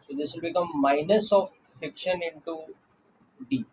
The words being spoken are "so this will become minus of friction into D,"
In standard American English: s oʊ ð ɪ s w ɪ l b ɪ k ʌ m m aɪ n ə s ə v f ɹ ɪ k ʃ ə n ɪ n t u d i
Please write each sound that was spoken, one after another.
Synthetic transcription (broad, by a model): s oʊ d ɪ s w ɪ l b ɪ k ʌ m m aɪ n ə s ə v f ɪ k ʃ ə n ɪ n t u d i